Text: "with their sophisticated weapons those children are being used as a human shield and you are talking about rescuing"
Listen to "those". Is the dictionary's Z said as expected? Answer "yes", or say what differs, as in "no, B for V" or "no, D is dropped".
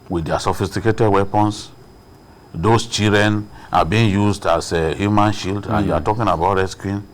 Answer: no, S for Z